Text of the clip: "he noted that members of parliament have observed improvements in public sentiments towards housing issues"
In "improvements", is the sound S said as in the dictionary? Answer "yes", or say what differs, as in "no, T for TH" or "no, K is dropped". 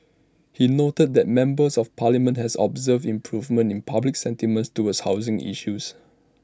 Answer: no, S is dropped